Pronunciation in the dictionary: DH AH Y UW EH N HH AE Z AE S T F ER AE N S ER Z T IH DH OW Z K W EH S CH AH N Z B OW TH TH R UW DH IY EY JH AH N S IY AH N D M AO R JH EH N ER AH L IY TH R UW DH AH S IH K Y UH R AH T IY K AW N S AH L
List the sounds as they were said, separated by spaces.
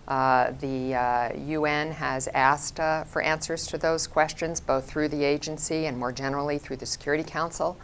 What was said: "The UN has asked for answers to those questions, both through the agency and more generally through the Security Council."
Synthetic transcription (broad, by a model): DH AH Y UW EH N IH Z AE S T F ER AE N S ER Z T IH DH OW Z K W EH S CH AH N Z B OW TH TH R UW DH IY EY JH AH N S IY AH N M AO R JH EH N ER L IY TH R UW DH AH S IH K Y UH R AH T IY K AW N S L